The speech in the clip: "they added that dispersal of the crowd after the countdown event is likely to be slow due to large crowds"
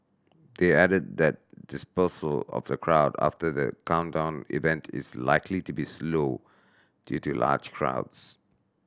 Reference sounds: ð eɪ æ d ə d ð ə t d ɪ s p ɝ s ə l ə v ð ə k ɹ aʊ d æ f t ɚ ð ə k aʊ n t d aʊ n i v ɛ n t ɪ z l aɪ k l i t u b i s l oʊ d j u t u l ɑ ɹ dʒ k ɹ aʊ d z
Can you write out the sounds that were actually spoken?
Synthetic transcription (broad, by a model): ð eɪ æ d ə d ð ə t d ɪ s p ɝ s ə l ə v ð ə k ɹ aʊ d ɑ f t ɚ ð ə k aʊ n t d aʊ n i v ɛ n t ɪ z l aɪ k l i t u b i s l oʊ d j u t u l ɑ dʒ k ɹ aʊ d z